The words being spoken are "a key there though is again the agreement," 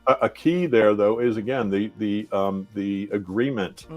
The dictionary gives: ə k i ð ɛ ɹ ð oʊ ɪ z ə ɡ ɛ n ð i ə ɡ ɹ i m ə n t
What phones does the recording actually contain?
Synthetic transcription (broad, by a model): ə k i ð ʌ ɹ ð oʊ ɪ z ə ɡ ɛ n ð i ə ɡ ɹ i m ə n t